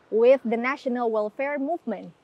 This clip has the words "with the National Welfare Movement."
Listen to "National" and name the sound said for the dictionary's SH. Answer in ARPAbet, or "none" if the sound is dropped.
SH